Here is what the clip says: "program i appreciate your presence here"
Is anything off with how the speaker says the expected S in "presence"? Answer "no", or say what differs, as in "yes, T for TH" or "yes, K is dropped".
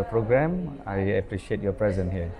yes, S is dropped